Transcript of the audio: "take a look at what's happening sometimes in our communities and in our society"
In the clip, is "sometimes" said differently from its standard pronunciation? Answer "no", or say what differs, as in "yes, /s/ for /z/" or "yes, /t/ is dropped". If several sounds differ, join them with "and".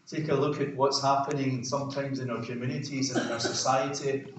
no